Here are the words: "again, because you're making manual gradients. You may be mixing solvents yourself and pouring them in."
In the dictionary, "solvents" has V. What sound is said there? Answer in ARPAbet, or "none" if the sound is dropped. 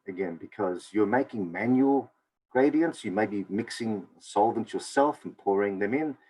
V